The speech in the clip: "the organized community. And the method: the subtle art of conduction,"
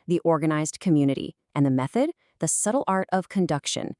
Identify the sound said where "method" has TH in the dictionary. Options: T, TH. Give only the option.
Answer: TH